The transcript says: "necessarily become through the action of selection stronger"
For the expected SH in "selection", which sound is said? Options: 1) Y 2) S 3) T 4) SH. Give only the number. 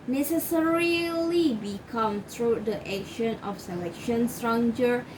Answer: 4